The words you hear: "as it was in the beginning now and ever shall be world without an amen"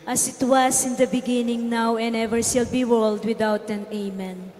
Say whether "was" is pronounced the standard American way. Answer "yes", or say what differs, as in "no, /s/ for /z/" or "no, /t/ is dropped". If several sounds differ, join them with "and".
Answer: no, /s/ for /z/